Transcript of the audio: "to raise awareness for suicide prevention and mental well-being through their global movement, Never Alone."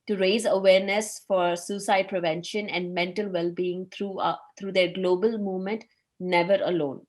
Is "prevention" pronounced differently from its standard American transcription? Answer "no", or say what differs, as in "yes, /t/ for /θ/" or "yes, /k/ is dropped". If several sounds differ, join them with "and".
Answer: no